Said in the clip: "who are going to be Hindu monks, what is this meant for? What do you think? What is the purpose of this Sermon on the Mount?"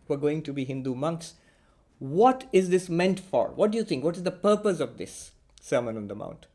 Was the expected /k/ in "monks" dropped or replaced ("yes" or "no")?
no